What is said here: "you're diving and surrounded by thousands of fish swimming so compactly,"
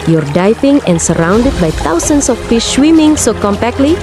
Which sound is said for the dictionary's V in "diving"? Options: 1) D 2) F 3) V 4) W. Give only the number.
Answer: 2